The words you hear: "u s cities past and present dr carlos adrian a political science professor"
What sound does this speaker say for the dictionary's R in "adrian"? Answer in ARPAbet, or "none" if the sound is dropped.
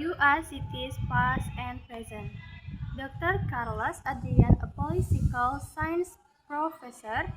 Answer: none